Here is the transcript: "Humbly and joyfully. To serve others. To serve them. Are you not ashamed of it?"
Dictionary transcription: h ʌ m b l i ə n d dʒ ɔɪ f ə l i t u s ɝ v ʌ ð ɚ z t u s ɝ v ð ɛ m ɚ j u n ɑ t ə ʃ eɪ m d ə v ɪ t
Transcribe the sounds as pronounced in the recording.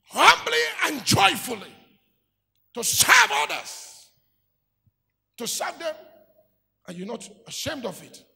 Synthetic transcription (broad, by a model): h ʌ m b l i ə n dʒ ɔɪ f ə l i t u s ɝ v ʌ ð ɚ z t u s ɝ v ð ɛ m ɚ j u n ɑ t ə ʃ eɪ m d ə v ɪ t